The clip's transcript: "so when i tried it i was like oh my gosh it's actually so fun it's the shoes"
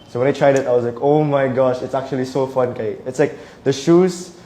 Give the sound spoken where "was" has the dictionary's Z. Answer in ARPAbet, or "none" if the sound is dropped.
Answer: S